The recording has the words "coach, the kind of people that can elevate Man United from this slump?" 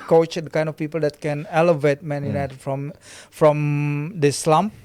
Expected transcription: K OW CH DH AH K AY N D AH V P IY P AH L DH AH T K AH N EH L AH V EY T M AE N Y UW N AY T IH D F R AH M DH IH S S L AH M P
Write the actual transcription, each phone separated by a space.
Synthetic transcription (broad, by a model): K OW CH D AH K AY N D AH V P IY P AH L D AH T K AH N EH L AH V EY T M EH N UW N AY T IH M F R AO M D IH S S L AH M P